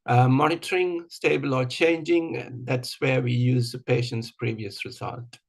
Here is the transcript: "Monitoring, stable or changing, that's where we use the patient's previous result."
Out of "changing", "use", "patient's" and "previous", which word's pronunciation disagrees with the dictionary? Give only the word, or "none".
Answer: none